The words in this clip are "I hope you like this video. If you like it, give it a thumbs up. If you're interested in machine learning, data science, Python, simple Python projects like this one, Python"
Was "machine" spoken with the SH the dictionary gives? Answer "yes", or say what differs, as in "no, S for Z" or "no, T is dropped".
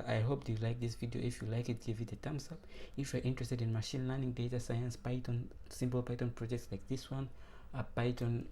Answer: yes